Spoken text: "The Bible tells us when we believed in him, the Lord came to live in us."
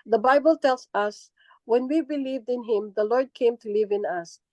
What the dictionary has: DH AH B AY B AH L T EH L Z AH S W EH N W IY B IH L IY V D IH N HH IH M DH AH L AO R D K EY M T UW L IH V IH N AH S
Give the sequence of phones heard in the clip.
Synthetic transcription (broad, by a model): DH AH B AY B AH L T EH L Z AH S W EH N W IY B IH L IY V D IH N HH IH M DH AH L AO R D K EY M T UW L IH V IH N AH S